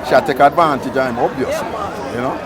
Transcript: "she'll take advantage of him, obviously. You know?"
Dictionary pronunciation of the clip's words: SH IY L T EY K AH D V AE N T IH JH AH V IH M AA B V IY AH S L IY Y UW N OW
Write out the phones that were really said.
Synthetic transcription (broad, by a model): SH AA T EY K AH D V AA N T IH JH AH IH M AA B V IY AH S IY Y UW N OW